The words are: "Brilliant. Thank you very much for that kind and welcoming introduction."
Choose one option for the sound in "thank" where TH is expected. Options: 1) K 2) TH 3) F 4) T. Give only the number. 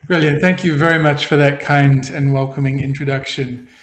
2